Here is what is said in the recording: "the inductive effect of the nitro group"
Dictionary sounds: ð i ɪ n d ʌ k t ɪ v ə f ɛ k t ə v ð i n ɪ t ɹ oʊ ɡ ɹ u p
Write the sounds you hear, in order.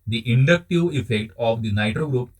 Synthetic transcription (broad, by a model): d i ɪ n d ʌ k t ɪ v ə f ɛ k t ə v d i n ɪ t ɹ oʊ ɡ ɹ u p